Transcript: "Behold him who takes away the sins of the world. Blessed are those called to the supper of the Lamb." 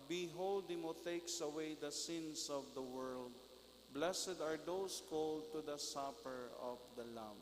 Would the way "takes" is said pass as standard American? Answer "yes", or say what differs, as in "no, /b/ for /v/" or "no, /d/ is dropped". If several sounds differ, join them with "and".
yes